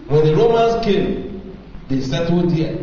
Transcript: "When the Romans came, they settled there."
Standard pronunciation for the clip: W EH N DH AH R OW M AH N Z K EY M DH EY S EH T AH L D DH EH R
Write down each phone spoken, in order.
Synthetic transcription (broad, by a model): W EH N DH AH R OW M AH N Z K EY M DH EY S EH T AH D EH